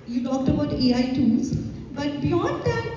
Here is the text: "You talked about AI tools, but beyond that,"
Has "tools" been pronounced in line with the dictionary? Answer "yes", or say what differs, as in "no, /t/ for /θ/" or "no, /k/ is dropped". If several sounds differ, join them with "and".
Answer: no, /n/ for /l/